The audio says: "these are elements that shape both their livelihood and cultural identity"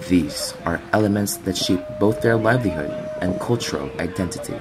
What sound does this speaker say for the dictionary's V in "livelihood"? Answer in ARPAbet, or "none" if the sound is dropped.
V